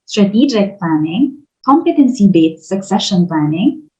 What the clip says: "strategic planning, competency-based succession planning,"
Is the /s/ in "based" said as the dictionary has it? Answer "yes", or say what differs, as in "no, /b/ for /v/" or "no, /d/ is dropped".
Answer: no, /s/ is dropped